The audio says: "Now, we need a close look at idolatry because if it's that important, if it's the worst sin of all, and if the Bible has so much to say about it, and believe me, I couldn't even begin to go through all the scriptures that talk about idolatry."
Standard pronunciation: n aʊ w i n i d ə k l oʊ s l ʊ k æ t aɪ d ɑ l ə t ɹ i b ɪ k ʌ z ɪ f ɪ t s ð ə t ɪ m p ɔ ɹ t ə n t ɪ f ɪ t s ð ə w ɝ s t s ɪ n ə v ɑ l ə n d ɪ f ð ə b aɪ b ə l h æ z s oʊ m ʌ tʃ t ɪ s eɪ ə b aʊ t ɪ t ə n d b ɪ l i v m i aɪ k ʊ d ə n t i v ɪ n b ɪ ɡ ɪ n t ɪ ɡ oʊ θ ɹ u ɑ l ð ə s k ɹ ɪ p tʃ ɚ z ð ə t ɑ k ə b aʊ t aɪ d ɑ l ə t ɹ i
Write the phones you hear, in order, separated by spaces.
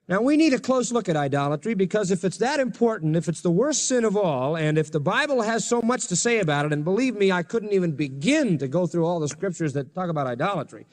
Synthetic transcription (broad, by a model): n aʊ w i n i d ə k l oʊ s l ʊ k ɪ t aɪ d ɑ l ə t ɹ i b ɪ k ʌ z ɪ f ɪ t s ð ə t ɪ m p ɔ ɹ t n t ɪ f ɪ t s ð ə w ɝ s t s ɪ n ə v ɑ l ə n ɪ f ð ə b aɪ b l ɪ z s oʊ m ʌ tʃ t ɪ s eɪ ə b aʊ t ɪ t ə n b ɪ l i v m i aɪ k ʊ d n t i v ɪ n b ɪ ɡ ɪ n t ɪ ɡ oʊ θ ɹ u ɑ l ð ə s k ɹ ɪ p tʃ ɚ z ð ə t ɑ k ə b aʊ t aɪ d ɑ l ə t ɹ i